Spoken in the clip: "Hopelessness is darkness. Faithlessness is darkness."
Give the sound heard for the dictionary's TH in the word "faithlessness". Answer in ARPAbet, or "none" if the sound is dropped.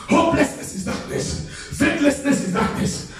T